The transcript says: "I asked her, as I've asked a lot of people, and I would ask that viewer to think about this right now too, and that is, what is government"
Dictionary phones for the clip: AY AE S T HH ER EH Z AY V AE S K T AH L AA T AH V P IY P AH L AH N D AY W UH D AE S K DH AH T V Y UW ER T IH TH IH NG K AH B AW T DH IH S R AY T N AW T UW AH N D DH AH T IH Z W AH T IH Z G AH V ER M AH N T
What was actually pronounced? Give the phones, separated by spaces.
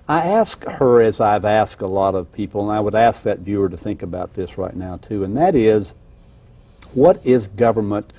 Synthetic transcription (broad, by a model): AY AE S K HH ER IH Z AY V AE S K T AH L AA T AH V P IY P L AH N AY W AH D AE S K DH AH T V Y UW ER T IH TH IH NG K AH B AW T DH IH S R AY T N AW T UW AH N DH AH T IH Z W AH T IH Z G AH V ER M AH N T